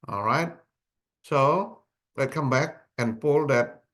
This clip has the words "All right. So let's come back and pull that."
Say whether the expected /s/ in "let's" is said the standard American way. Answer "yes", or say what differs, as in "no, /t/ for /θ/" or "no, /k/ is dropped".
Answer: no, /s/ is dropped